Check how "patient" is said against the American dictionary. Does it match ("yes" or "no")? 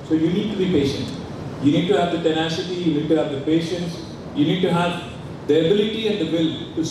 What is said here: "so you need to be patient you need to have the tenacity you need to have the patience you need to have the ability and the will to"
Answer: yes